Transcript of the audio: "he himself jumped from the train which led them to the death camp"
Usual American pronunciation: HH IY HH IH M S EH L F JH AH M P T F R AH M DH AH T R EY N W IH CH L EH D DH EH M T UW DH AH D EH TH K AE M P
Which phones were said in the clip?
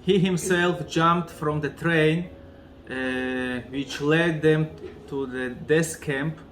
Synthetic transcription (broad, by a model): HH IY HH IH M S EH L F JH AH M P T F R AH M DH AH T R EY N W IH CH L EH D DH EH M T UW DH AH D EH S K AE M P